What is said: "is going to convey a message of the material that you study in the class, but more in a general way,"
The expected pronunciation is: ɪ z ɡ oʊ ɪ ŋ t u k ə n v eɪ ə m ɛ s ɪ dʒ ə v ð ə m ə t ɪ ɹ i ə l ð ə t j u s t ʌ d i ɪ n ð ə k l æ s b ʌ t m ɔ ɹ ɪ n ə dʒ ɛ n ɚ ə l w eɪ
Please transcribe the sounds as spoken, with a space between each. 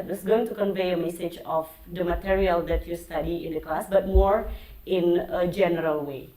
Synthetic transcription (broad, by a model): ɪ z ɡ oʊ ɪ ŋ t u k ə n v eɪ ə m ɛ s ɪ dʒ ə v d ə m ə t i ɹ i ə l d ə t j u s t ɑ d i ɪ n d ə k l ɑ s b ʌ t m ɔ ɹ ɪ n ə dʒ ɛ n ɚ ə l w eɪ